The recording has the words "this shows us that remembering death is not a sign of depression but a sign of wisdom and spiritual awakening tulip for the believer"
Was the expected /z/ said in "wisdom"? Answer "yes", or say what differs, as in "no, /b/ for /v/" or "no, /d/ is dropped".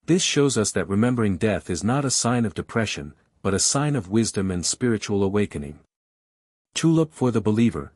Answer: yes